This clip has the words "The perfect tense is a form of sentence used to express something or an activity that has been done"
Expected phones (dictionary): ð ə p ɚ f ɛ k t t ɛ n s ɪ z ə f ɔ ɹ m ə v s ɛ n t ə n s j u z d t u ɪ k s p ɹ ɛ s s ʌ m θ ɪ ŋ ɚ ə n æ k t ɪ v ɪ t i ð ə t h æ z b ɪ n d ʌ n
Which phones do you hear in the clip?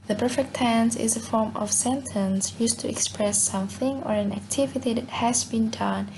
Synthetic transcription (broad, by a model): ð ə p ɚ f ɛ k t t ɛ n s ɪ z ə f ɔ ɹ m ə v s ɛ n t ə n s j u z t u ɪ k s p ɹ ɛ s s ʌ m θ ɪ ŋ ɚ ə n æ k t ɪ v ɪ t i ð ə t h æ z b ɪ n d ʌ n